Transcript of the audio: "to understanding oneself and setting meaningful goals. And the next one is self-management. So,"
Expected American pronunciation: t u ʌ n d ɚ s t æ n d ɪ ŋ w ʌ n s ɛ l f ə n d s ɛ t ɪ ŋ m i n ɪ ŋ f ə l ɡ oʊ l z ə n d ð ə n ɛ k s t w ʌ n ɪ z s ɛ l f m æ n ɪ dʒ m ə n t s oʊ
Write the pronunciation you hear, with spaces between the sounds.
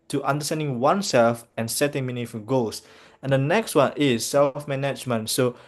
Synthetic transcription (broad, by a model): t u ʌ n d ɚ s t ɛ n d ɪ ŋ w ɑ n s ɛ l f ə n s ɛ t ɪ ŋ m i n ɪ f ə ɡ oʊ l s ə n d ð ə n ɛ k s t w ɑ n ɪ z s ɛ l f m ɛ n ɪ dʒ m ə n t s oʊ